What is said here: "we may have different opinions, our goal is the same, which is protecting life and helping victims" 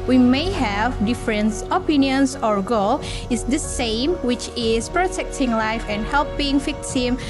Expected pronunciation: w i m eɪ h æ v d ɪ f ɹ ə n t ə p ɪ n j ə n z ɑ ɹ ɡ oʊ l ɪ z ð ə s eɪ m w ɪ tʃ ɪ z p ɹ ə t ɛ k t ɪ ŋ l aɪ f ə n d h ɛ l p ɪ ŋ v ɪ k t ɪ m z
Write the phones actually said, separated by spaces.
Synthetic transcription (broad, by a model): w i m eɪ h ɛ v d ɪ f ɹ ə n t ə p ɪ n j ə n s ɑ ɹ ɡ oʊ l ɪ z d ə s eɪ m w ɪ tʃ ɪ s p ɹ ə t ɛ k t ɪ ŋ l aɪ f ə n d h ɛ l p ɪ ŋ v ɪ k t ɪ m